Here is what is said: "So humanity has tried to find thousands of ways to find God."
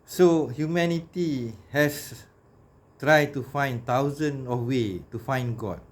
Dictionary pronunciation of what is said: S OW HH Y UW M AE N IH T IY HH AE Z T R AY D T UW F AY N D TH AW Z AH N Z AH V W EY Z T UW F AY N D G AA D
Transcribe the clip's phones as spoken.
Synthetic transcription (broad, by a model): S OW HH Y UW M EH N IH T IY HH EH S T R AY D T UW F AY N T AW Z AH N AH F W EY T UW F AY N G AA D